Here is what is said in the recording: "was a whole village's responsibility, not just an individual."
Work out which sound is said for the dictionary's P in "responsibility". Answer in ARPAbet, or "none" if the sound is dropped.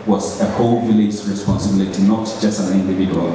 P